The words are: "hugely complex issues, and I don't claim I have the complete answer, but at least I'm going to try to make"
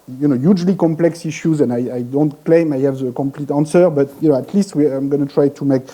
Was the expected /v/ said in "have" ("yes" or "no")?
yes